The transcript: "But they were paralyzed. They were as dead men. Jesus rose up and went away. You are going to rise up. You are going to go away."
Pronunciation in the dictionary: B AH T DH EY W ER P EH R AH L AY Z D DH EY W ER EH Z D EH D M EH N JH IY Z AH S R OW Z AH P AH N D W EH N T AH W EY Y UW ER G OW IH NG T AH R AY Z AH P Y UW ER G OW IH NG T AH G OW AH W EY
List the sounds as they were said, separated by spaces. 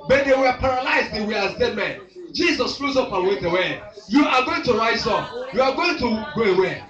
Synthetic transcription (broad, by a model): B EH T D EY W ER P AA R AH L AY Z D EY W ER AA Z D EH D M EH N JH IY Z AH S L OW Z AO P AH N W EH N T AH W EY Y UW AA G OW IH NG T AH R AY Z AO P Y UW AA G OW IH NG T AH G OW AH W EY